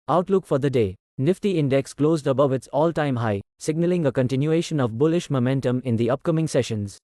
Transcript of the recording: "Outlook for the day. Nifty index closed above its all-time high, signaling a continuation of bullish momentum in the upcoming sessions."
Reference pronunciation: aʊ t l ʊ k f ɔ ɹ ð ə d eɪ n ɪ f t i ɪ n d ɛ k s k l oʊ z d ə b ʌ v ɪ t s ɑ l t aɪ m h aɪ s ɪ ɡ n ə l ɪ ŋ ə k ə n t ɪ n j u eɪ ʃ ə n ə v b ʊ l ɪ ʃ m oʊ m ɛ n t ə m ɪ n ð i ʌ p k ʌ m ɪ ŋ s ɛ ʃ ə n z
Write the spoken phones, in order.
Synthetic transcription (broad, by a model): aʊ t l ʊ k f ɔ ɹ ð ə d eɪ n ɪ f t i ɪ n d ɛ k s k l oʊ z d ə b ʌ v ɪ t s ɑ l t aɪ m h aɪ s ɪ ɡ n ə l ɪ ŋ ə k ə n t ɪ n j u eɪ ʃ ə n ə v b ʊ l ɪ ʃ m oʊ m ɛ n t ə m ɪ n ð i ʌ p k ʌ m ɪ ŋ s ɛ ʃ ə n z